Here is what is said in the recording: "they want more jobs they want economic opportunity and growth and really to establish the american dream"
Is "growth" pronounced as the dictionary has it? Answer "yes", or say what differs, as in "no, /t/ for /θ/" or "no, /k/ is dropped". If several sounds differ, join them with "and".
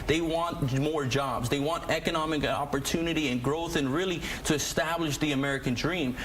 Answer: yes